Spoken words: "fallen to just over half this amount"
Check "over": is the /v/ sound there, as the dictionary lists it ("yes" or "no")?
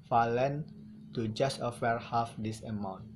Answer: no